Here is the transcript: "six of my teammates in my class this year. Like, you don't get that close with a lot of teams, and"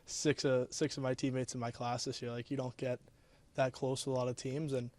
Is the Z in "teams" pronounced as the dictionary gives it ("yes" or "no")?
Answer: yes